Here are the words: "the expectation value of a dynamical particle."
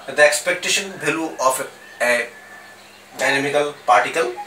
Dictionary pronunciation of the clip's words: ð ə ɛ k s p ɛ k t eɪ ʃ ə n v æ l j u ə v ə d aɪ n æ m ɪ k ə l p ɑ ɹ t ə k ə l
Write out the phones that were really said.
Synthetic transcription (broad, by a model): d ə ɛ k s p ɛ k t eɪ ʃ ə n b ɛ l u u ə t ə d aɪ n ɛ m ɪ k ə l p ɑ ɹ t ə k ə l